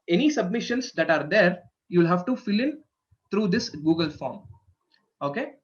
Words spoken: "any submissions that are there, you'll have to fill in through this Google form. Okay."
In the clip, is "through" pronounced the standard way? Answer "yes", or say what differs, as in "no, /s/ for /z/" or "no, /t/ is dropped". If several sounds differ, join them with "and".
no, /t/ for /θ/